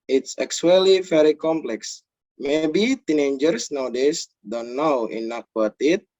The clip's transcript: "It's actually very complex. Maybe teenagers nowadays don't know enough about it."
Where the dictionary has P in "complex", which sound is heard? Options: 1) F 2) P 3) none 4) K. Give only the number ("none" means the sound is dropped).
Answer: 2